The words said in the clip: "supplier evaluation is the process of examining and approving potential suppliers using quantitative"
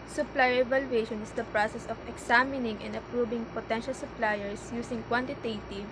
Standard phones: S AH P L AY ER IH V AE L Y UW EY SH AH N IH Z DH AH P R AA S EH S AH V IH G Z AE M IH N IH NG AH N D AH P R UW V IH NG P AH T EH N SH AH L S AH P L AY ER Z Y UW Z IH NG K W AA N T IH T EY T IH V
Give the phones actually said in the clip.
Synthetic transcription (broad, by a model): S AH P L AY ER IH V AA L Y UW EY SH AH N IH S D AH P R AA S EH S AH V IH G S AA M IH N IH NG AH N D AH P R UW B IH NG P AH T EH N SH AH L S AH P L AY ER S Y UW S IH NG K W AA N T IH T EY T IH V